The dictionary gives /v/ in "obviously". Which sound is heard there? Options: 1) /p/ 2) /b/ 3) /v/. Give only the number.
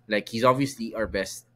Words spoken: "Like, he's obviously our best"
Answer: 3